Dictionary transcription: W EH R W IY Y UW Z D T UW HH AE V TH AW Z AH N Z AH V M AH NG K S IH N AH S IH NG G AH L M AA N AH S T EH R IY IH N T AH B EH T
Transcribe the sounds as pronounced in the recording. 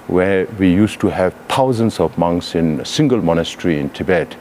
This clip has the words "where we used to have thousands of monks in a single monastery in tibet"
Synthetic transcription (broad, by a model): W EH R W IY Y UW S T UW HH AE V T AW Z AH N S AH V M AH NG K S IH N S IH NG G AH L M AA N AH S T R IY IH N T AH B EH T